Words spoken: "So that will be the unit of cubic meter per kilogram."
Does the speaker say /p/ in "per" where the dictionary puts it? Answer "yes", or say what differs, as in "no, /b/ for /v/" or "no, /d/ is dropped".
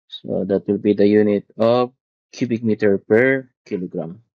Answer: yes